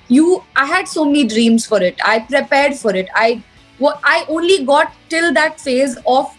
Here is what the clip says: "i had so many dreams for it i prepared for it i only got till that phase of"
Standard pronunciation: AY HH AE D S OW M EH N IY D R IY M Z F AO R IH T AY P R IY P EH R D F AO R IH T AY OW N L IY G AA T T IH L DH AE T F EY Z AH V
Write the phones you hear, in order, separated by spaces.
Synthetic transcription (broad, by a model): AY HH AE D S OW M EH N IY D R IY M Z F AO R IH T AY P R IY P EH R D F AO R IH T AY OW N L IY G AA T T IH L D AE T F EY Z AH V